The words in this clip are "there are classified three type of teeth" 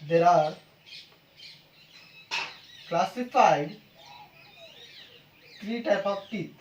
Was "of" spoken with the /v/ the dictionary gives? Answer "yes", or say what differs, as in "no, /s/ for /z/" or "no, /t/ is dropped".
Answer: no, /p/ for /v/